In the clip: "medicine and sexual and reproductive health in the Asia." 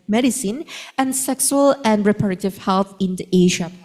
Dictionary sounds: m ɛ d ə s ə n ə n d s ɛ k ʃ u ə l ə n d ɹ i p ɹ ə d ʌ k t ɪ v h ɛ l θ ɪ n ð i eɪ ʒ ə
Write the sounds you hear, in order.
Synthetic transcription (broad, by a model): m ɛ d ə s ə n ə n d s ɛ k s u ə l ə n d ɹ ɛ p ə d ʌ t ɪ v h ɛ l θ ɪ n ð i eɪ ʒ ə